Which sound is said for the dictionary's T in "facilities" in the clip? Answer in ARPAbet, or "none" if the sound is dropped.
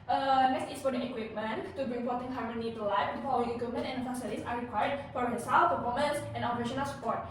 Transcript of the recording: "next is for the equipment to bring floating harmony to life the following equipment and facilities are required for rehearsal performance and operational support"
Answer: S